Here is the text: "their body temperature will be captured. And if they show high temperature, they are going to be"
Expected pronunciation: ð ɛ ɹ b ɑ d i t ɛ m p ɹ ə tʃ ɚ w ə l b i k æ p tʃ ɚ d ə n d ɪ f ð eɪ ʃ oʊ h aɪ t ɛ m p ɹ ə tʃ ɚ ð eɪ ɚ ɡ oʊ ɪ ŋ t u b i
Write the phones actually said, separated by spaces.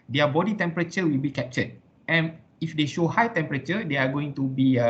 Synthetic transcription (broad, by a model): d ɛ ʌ b ɑ d i t ɛ m p ɹ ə tʃ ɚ w ə l b i k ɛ p tʃ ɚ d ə n ɪ f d eɪ ʃ oʊ h aɪ t ɛ m p ɹ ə tʃ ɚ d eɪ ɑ ɡ oʊ ɪ ŋ t u b i